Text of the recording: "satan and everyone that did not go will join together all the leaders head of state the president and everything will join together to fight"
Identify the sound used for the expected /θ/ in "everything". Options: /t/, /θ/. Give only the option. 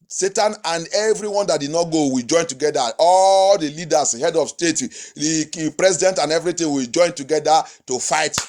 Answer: /t/